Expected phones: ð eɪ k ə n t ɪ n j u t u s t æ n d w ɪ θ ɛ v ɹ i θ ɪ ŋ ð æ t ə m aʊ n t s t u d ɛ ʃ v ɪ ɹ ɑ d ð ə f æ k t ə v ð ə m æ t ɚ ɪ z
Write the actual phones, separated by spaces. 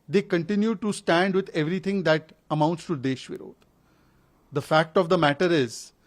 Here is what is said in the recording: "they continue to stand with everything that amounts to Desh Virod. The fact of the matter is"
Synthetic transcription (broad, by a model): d eɪ k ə n t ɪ n j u t u s t æ n d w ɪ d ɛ v ɹ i t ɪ ŋ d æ t ə m aʊ n t s t u d ɛ ʃ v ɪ ɹ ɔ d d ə f æ k t ə v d ə m æ t ɚ ɪ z